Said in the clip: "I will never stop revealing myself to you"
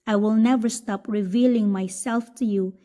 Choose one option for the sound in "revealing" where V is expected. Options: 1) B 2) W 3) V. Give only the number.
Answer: 3